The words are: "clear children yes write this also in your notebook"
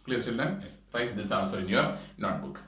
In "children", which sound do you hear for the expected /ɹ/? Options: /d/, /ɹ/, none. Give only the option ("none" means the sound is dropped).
none